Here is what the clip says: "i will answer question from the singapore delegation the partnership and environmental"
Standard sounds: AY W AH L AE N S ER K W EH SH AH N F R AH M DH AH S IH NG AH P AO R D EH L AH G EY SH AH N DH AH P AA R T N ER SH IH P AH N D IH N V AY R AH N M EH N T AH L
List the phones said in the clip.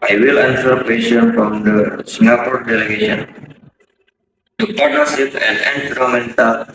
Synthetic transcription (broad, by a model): AY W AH L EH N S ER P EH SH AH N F R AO M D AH S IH NG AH P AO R D EH L AH G EY SH AH N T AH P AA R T ER S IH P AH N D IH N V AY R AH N M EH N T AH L